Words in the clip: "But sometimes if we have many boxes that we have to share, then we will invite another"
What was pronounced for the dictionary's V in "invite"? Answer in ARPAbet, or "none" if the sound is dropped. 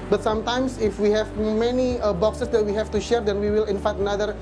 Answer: F